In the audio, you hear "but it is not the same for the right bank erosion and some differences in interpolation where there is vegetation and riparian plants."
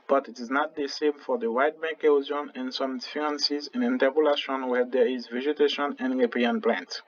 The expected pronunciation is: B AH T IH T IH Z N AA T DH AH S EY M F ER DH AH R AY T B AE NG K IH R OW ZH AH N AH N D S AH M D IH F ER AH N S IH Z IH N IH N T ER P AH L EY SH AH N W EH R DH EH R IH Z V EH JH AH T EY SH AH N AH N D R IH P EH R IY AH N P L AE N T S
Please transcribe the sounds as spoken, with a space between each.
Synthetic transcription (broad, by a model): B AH T IH T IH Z N AA T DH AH S EY M F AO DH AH W AY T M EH K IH OW Z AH N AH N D S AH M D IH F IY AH N S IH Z IH N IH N T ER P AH L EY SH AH N W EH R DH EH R IH Z V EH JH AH T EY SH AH N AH N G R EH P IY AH N P L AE N T